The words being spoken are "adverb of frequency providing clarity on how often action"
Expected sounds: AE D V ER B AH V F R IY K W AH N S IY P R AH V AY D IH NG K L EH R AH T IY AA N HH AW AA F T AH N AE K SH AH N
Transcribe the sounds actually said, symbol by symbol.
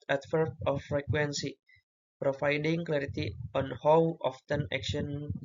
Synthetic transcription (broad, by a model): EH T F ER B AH F R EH K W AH N S IY P R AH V AY D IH NG K L EH R AH T IY AA N HH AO AA F T AH N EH K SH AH N